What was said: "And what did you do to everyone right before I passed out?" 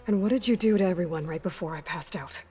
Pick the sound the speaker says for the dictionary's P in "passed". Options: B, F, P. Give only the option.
P